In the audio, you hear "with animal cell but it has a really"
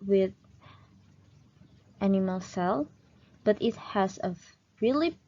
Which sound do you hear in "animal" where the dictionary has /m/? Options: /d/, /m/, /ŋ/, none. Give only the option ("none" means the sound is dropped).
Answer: /m/